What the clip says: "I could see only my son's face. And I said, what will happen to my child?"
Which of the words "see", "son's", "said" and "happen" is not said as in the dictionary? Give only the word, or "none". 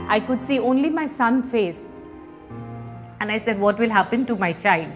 son's